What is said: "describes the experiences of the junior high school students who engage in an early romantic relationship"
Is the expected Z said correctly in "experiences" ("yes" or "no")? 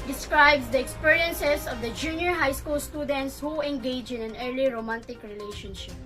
no